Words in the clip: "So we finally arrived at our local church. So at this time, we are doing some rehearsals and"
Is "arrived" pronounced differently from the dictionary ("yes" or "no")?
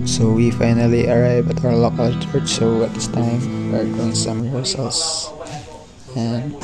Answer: yes